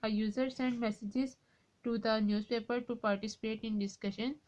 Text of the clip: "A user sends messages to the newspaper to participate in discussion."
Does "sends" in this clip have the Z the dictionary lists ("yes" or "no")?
no